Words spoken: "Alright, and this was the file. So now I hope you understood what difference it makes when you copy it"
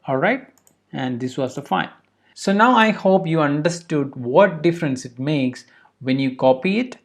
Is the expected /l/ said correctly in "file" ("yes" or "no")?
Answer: no